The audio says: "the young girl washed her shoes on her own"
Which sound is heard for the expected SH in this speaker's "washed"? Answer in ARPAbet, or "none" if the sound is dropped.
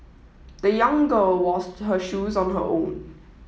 S